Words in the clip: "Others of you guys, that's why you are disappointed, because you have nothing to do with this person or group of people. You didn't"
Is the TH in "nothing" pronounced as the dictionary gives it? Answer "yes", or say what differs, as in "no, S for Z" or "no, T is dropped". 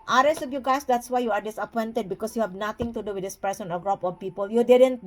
no, T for TH